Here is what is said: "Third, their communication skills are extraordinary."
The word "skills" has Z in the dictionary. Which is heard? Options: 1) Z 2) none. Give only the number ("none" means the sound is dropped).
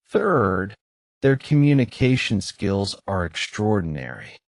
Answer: 1